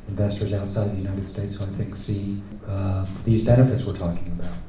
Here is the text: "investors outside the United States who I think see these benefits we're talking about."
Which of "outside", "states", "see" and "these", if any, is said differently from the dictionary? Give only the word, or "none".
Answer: none